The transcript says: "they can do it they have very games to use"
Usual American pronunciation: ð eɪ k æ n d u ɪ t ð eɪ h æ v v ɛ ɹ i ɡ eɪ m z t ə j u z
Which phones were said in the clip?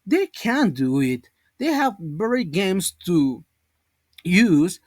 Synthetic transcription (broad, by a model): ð eɪ k æ n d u ɪ t ð eɪ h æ v b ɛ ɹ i ɡ eɪ m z t ə j u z